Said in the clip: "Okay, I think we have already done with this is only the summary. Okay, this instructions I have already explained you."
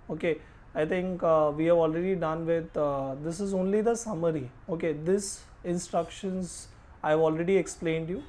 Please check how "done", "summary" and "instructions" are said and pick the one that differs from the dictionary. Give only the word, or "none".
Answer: none